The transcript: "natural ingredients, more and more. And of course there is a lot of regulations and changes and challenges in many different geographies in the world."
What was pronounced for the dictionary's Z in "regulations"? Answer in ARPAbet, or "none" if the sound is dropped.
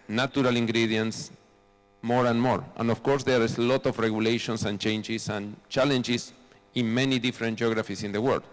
S